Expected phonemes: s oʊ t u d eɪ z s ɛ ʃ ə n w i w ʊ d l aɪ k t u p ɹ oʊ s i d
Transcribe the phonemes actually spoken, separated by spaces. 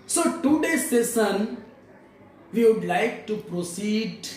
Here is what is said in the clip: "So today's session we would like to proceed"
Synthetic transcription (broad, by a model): s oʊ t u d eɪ s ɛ s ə n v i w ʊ d l aɪ k t u p ɹ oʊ s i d